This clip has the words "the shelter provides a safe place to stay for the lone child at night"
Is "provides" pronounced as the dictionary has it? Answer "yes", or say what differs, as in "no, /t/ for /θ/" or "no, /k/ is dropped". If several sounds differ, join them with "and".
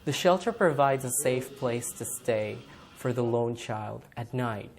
yes